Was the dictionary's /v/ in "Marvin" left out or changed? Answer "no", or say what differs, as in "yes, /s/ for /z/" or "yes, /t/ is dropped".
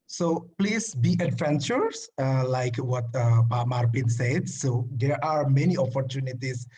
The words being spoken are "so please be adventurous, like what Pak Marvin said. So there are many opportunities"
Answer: yes, /p/ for /v/